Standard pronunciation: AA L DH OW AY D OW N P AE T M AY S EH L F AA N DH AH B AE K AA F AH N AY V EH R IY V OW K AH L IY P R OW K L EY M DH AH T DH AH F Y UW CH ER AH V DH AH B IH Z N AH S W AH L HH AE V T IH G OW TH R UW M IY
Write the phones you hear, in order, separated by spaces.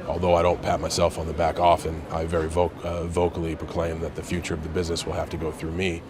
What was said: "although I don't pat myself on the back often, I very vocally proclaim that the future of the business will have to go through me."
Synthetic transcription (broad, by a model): AA L DH OW AY D OW N P AE T M AY S EH L F N DH AH B AE K AA F AH N AY V EH R IY V OW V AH L IY P R OW K L EY M DH AH T DH AH F Y UW CH ER AH V DH AH B IH Z N AH S W AH L HH AE F T IH G OW TH R UW M IY